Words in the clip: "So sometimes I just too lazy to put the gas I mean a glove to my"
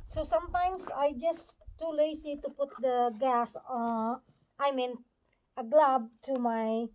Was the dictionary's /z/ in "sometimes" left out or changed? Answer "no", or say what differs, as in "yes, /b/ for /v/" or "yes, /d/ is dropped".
yes, /s/ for /z/